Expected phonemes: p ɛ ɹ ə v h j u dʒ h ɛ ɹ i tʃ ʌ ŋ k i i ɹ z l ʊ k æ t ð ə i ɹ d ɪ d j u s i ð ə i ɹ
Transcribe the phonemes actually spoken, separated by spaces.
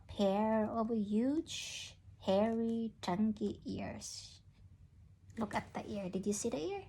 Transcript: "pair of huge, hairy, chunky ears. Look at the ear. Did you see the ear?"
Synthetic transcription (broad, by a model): p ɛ ɹ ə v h j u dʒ h ɛ ɹ i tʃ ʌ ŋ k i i ɹ s l ʊ k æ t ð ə i ɹ d ɪ d j u s i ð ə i ɹ